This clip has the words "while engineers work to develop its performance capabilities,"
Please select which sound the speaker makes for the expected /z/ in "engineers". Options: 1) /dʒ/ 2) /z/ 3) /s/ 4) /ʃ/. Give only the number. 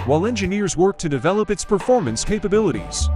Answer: 2